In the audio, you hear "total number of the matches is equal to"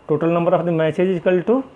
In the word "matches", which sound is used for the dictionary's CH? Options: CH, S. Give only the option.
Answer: S